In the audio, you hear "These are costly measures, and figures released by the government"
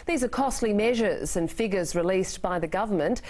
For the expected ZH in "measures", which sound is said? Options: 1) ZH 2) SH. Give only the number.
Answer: 1